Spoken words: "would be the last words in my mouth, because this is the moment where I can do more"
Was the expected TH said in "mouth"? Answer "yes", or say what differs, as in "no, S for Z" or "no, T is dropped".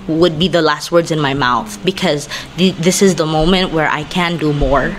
yes